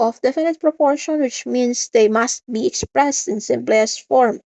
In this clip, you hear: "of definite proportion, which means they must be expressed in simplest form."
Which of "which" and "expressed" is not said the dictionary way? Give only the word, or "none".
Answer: none